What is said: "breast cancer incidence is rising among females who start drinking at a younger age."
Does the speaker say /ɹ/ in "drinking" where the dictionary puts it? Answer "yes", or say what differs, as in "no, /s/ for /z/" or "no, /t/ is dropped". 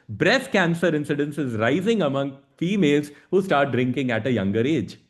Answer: yes